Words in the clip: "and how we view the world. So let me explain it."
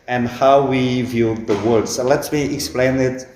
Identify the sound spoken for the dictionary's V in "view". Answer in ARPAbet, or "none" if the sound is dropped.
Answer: V